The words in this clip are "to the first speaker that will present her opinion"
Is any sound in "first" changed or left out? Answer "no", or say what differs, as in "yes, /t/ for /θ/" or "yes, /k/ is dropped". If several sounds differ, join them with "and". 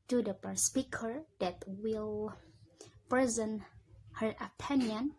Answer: yes, /p/ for /f/